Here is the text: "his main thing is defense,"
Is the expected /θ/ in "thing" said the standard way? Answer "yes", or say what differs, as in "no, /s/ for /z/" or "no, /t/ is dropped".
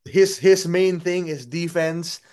yes